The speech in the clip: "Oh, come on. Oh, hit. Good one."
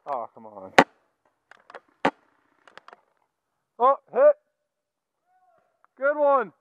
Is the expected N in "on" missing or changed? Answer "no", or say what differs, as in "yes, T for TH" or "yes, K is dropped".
no